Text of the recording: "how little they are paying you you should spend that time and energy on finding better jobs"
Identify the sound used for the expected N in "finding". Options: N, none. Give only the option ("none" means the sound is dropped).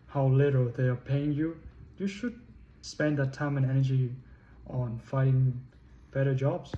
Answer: none